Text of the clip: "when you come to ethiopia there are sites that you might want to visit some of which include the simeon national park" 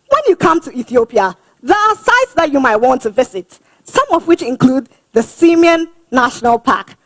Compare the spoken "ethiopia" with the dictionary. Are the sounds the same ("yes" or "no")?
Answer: yes